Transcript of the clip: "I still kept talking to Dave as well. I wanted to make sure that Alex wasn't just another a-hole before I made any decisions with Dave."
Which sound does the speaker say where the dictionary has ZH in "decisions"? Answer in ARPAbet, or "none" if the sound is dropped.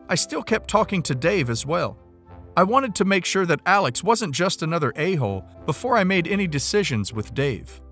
ZH